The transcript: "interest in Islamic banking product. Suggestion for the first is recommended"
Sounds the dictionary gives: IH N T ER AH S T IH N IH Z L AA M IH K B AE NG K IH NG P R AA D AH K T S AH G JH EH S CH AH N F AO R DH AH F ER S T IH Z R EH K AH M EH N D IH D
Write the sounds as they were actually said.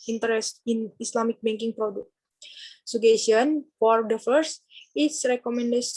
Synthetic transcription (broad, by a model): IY N T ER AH S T IH N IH S L AA M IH K B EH NG K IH NG P R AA D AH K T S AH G EH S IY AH N F AO R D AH F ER S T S R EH K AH M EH N D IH